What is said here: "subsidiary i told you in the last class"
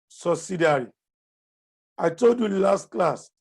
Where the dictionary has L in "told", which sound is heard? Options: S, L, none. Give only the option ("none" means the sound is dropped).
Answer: L